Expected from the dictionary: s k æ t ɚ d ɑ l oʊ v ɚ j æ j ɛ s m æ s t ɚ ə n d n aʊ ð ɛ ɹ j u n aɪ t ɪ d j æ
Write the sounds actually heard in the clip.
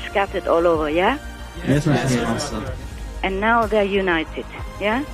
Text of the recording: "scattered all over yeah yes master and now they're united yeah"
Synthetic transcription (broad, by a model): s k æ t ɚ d ɑ l oʊ v ɚ j æ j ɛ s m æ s s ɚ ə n n aʊ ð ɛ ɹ j u n aɪ t ɪ d j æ